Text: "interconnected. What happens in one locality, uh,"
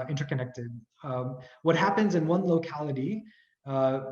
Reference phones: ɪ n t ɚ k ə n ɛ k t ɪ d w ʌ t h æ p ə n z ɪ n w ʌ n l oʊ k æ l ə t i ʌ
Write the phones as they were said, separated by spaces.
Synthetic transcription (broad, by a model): ɪ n t ɚ k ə n ɛ k t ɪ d w ʌ t h æ p ə n z ɪ n w ʌ n l oʊ k æ l ə t i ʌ